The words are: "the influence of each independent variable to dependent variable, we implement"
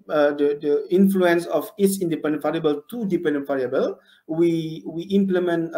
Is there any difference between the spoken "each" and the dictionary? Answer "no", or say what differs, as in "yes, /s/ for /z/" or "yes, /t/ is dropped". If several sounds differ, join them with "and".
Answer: yes, /s/ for /tʃ/